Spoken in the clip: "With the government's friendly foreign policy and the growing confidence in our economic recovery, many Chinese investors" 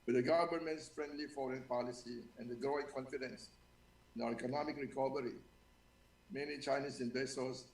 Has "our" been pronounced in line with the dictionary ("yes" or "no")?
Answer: no